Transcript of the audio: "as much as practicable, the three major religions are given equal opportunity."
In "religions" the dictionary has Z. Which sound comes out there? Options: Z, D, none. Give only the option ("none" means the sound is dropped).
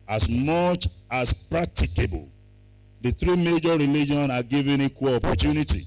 none